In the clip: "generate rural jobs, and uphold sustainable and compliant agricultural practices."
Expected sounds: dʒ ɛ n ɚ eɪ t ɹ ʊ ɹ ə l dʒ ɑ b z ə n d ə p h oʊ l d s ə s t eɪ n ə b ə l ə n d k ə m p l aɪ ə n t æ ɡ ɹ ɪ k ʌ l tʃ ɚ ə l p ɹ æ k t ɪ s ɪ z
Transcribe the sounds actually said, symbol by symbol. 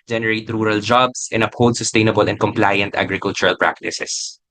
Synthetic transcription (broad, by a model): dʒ ɛ n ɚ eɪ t ɹ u ɹ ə l dʒ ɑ b s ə n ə p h oʊ w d s ə s t eɪ n ə b ə l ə n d k ə m p l aɪ ə n t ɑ ɡ ɹ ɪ k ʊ l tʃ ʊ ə l p ɹ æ k t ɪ s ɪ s